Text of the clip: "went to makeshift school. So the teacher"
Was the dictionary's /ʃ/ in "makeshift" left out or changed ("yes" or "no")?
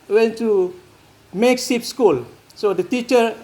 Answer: yes